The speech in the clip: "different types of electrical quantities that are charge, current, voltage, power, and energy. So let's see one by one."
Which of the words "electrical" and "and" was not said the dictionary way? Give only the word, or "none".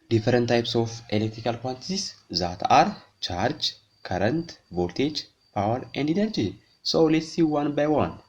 none